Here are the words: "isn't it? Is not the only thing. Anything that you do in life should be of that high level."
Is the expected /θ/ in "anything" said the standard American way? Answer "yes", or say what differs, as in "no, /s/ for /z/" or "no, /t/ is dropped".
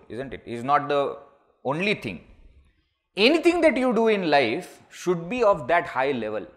no, /t/ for /θ/